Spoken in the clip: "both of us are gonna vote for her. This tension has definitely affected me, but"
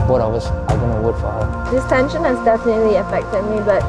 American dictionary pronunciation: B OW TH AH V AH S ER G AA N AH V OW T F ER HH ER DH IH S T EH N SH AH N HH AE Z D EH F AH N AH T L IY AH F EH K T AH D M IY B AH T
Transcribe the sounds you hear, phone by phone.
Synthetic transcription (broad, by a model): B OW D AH W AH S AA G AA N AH W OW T F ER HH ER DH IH S T EH N SH AH N HH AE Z D EH F AH N AH T L IY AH F EH K T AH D M IY B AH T